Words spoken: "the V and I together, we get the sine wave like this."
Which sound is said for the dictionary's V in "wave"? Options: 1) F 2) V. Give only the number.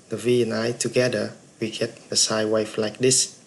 1